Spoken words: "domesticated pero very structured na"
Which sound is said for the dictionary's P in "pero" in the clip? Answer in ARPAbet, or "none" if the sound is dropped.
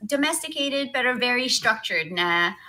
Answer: B